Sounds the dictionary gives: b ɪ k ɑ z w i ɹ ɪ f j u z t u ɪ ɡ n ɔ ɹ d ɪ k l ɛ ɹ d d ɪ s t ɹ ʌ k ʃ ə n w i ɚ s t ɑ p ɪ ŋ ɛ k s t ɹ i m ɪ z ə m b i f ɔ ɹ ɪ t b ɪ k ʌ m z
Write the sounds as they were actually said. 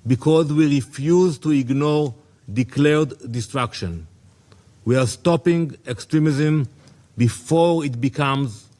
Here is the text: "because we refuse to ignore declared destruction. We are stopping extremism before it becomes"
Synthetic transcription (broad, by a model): b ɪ k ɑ z w i ɹ ɪ f j u z t u ɪ ɡ n ɔ ɹ d ɪ k l ɛ ɹ d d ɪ s t ɹ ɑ k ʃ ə n w i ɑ s t ɑ p ɪ ŋ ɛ k s t ɹ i m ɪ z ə m b i f ɔ ɹ ɪ t b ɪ k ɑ m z